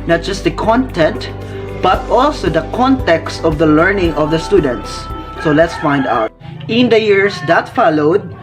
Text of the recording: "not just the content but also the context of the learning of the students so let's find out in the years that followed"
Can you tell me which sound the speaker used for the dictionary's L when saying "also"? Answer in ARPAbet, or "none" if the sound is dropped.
L